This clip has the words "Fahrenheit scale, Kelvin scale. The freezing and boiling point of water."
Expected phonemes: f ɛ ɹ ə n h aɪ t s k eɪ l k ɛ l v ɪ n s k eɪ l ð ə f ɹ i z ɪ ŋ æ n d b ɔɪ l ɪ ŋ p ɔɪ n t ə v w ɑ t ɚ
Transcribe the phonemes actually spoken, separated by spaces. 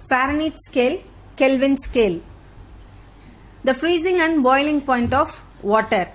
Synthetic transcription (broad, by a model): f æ ɹ n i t s k eɪ l k ɛ l v ɪ n s k eɪ l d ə f ɹ i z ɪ ŋ æ n d b ɔɪ l ɪ ŋ p ɔɪ n t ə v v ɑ t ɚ